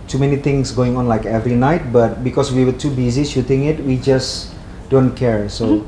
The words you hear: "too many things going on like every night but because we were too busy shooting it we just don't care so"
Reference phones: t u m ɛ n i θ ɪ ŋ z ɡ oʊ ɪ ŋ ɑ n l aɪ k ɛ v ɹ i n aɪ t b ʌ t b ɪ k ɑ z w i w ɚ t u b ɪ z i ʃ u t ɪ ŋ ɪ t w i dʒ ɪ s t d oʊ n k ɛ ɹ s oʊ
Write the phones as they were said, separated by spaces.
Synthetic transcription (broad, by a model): t u m ɛ n i t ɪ ŋ s ɡ oʊ ɪ ŋ ɑ n l aɪ k ɛ v ɹ i n aɪ t b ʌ t b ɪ k ɑ s w i w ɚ t u b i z i ʃ u t ɪ ŋ ɪ t w i dʒ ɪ s d oʊ n k ɛ ɹ s oʊ